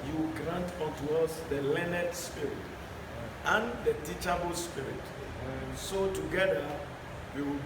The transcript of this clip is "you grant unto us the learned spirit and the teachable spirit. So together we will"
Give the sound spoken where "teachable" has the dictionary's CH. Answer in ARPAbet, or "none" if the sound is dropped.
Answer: CH